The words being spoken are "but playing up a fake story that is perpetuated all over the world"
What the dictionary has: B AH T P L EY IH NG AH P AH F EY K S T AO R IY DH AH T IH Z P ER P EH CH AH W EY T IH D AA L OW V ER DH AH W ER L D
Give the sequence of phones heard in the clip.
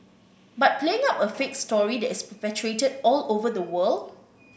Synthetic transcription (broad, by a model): B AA T P L EY IH NG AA P AH F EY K S T AO R IY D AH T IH S P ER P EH CH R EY T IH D AA L OW V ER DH AH W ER L D